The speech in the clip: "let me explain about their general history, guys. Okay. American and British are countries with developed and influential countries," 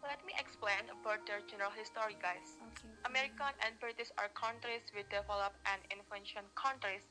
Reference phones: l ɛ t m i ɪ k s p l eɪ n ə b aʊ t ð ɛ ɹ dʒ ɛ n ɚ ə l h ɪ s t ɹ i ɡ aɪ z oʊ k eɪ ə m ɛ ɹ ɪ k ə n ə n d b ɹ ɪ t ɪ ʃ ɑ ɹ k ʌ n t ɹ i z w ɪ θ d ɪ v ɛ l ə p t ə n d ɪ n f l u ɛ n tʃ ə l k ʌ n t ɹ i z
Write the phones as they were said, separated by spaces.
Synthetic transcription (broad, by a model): l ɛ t m i ɪ k s p l eɪ n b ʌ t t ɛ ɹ dʒ ɛ n ɚ ə l h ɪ s t ɹ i ɡ aɪ s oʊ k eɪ ə m ɛ ɹ ɪ k ə n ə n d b ɹ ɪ t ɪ s ɑ ɹ k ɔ n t ɹ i s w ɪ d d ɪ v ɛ l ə p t ə n d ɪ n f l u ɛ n ʃ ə n k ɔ n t ɹ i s